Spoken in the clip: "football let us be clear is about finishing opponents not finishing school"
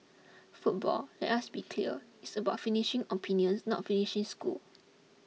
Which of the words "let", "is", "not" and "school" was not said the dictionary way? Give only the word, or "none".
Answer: is